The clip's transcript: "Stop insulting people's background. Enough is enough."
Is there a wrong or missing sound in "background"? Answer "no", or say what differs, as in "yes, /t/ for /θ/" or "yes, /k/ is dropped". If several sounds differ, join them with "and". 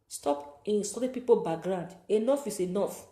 yes, /k/ is dropped